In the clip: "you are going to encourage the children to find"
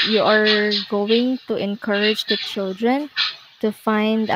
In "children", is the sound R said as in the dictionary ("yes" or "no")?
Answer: yes